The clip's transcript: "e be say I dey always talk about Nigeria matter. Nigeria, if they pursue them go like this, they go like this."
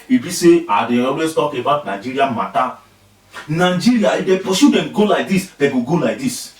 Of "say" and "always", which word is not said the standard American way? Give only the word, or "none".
always